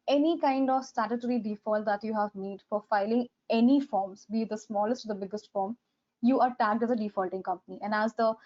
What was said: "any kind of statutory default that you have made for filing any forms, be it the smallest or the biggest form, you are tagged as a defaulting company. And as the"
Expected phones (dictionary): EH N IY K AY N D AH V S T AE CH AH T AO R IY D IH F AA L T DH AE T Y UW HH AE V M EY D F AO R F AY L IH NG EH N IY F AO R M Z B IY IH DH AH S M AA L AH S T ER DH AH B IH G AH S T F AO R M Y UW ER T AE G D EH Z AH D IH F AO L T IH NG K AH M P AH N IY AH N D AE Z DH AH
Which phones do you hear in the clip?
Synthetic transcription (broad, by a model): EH N IY K AY N D AH V S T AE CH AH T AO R IY D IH F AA L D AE T Y UW HH AE V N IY D F AO R F AY L IH NG EH N IY F AO R M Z B IY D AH S M AA L AH S T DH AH B IH G AH S T F AO R M Y UW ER T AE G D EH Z AH D IH F AO L T IH NG K AH M P AH N IY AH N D AE Z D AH